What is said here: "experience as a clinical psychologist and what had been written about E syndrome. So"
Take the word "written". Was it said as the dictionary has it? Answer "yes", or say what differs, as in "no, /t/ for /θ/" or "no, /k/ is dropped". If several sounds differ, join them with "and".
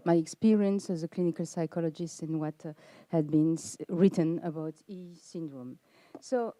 yes